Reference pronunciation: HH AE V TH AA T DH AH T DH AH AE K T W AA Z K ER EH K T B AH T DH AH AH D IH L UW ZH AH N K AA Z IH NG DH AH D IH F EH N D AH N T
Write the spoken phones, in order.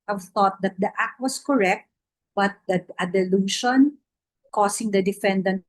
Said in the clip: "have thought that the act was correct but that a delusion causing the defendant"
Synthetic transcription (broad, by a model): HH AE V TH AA T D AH T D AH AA K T W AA S K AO EH K T B AH T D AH AH D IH L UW SH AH N K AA S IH NG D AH D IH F EH N D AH N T